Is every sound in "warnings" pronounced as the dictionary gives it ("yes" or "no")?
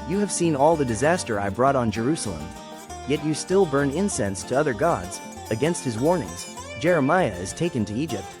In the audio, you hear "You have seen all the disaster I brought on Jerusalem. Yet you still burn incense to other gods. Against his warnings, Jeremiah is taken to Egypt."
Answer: yes